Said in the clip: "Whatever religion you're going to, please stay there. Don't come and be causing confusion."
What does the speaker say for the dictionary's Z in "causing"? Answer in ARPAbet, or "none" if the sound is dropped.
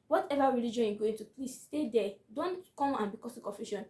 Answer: S